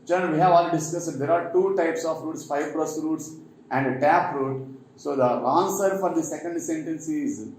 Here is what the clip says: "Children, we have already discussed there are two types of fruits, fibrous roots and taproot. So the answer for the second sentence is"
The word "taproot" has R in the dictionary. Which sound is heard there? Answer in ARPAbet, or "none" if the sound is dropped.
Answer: R